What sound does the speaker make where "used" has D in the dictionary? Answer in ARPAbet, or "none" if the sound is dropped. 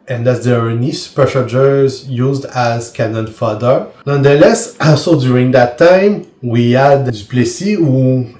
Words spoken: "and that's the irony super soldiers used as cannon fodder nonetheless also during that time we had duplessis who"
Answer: D